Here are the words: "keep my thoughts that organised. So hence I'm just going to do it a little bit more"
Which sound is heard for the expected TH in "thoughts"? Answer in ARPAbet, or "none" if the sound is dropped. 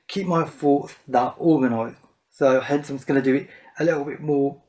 F